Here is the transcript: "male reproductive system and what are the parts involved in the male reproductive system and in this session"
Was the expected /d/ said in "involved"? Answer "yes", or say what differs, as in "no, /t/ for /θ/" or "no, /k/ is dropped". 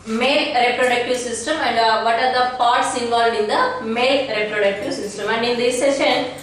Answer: no, /d/ is dropped